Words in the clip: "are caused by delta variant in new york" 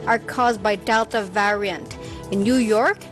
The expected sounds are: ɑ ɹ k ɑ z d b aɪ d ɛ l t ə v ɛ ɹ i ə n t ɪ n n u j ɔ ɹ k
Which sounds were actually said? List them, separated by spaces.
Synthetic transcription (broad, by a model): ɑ ɹ k ɑ z d b aɪ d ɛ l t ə v ɛ ɹ i ə n t ɪ n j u j ɔ ɹ k